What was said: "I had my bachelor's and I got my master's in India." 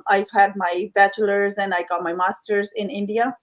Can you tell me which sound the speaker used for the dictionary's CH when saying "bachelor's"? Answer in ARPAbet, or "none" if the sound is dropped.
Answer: CH